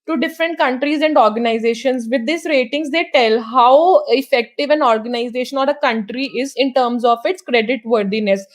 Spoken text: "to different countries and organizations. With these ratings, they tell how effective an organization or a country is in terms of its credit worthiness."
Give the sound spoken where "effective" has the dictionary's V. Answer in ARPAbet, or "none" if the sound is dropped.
V